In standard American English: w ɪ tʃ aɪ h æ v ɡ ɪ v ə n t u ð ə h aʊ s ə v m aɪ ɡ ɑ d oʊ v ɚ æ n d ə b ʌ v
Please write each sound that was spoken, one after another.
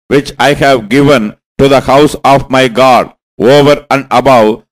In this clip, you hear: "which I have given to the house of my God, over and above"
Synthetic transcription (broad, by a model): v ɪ tʃ aɪ h æ v ɡ ɪ v ə n t u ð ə h aʊ s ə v m aɪ ɡ ɑ d oʊ v ɚ æ n d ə b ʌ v